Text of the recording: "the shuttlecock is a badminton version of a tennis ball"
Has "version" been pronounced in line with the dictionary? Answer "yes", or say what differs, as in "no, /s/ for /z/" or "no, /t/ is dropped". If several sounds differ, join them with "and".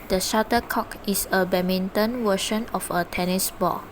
no, /w/ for /v/ and /ʃ/ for /ʒ/